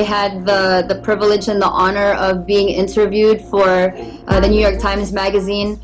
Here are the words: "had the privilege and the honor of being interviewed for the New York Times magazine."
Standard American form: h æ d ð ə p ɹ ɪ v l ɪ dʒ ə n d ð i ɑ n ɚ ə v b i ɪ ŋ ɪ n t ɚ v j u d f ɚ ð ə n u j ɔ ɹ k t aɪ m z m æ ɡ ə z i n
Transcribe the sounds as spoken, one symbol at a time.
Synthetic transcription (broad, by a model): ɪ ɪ d ð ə p ɹ ɪ v l ɪ dʒ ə n ð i ɑ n ɚ ə v b i ɪ ŋ ɪ n t ɚ v j u d f ɚ ð ə n u j ɔ ɹ k t aɪ m z m æ ɡ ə z i n